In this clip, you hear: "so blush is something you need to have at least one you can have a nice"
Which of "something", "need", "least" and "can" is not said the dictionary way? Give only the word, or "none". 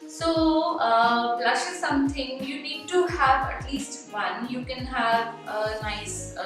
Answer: something